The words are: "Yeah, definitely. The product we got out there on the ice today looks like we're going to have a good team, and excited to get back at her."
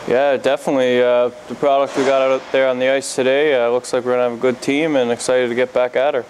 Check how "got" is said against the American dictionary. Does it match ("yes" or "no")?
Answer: yes